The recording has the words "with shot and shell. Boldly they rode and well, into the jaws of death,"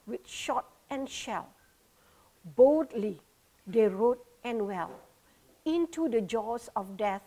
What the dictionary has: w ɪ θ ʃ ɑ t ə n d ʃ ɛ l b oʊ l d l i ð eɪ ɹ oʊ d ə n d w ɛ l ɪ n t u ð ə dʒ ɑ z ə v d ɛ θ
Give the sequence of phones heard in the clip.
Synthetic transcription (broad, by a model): w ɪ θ ʃ ɑ t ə n ʃ ɛ l b oʊ l d l i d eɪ ɹ oʊ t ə n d w ɛ l ɪ n t u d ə dʒ ɑ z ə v d ɛ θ